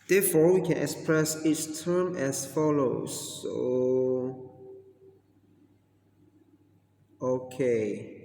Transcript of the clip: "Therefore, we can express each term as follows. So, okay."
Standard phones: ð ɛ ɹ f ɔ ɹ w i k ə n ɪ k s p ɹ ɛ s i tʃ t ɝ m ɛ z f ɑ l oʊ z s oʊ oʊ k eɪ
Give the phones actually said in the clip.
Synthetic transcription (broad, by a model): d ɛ f ɔ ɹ w i k ə n ɪ k s p ɹ ɛ s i s t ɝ m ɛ s f ɑ l oʊ s oʊ oʊ k eɪ